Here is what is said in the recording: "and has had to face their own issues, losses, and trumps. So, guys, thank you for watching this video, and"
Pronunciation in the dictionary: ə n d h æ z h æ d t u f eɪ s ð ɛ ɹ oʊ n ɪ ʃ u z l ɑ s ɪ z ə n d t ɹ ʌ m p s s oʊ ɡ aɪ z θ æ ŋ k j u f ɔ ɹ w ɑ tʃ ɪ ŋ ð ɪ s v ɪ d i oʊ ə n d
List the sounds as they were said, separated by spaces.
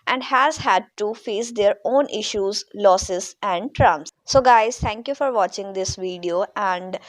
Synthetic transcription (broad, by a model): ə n d h æ z h æ d t u f eɪ s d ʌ ɹ oʊ n ɪ ʃ u z l ɑ s ɪ z ə n d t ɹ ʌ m s s oʊ ɡ aɪ z t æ ŋ k j u f ɔ ɹ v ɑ tʃ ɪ ŋ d ɪ s v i d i oʊ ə n d